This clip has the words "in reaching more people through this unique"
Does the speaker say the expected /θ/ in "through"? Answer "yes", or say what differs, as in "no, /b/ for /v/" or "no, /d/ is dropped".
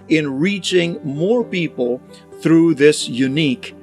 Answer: yes